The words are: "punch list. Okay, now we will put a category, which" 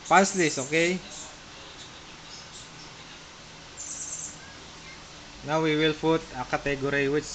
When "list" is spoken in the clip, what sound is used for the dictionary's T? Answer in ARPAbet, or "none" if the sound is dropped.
none